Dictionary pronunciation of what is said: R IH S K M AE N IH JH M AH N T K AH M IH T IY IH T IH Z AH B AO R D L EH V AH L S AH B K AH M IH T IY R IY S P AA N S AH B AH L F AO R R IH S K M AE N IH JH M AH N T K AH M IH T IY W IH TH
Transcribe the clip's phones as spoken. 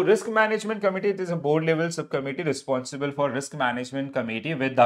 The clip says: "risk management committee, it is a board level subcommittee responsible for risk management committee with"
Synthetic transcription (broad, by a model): R IH S K M AE N IH JH M AH N T K AH M IH T IY IH T IH Z AH B AO R D L EH V AH L S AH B K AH M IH T IY R IY S P AA N S AH B AH L F AO R R IH S K M AE N IH JH M AH N T K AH M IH T IY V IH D